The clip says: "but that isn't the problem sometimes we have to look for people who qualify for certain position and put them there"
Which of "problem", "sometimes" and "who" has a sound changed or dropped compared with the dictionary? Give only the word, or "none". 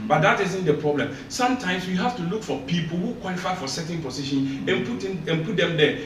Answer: sometimes